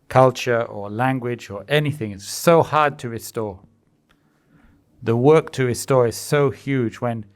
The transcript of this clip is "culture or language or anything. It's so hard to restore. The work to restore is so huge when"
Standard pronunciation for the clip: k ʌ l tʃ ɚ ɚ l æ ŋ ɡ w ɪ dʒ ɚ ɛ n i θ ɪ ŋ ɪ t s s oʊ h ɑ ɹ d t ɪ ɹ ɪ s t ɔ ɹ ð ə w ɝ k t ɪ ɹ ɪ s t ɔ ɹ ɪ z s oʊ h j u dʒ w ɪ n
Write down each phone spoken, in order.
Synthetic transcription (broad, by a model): k ʌ l tʃ ɚ ɚ l æ ŋ ɡ w ɪ dʒ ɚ ɛ n i θ ɪ ŋ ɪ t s s oʊ h ɑ ɹ d t ɪ ɹ ɪ s t ɔ ɹ ð ə w ɝ k t ɪ ɹ ɪ s t ɔ ɹ ɪ z s oʊ h j u dʒ w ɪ n